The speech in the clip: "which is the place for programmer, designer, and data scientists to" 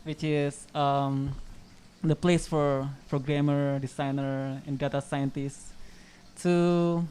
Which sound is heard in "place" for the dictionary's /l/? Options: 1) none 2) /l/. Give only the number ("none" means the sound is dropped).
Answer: 2